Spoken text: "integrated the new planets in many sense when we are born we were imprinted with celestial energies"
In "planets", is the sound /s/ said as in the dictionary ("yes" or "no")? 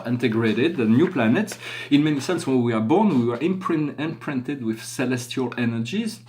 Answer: yes